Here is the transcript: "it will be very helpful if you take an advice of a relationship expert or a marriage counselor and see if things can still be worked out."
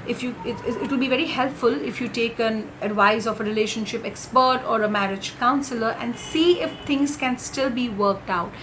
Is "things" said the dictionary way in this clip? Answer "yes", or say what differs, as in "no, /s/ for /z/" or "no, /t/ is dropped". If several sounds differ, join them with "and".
no, /t/ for /θ/